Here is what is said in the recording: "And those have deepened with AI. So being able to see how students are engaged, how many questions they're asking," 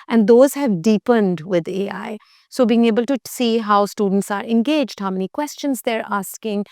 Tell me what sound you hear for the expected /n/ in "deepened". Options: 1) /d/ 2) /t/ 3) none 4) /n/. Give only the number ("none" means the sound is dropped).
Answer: 4